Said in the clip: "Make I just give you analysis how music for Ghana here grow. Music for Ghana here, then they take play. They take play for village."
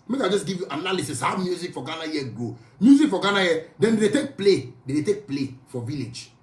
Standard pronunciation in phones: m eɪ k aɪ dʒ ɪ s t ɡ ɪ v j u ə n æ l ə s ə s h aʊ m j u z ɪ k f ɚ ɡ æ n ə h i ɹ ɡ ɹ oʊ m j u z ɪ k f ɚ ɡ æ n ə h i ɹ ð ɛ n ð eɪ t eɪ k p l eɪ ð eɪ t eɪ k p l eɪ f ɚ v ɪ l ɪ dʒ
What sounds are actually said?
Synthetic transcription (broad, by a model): m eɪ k aɪ dʒ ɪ s ɡ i v j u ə n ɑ l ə s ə s h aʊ m j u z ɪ k f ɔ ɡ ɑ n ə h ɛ ɡ oʊ m j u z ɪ k f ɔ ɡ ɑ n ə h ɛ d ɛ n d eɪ t eɪ k p l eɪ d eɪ t eɪ k p l eɪ f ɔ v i l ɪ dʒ